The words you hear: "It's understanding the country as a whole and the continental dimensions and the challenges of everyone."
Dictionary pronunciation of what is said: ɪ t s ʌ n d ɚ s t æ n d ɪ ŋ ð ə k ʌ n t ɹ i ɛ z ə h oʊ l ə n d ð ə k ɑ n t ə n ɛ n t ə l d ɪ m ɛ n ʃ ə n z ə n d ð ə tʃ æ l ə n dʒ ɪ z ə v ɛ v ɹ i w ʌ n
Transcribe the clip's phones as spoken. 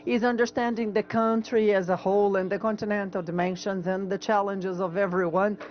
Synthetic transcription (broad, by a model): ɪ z ʌ n d ɚ s t æ n d ɪ ŋ ð ə k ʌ n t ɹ i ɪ z ə h oʊ l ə n ð ə k ɑ n t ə n ɛ n t l d ɪ m ɛ n ʃ ə n z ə n ð ə tʃ æ l ə n dʒ ɪ z ə v ɛ v ɹ i w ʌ n